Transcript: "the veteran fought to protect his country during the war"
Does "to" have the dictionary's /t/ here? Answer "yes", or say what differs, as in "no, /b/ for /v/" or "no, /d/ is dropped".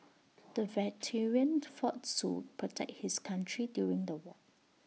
no, /s/ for /t/